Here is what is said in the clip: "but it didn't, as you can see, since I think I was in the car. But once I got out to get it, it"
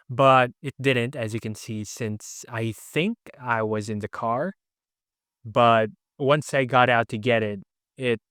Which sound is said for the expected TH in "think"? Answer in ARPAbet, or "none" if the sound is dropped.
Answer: TH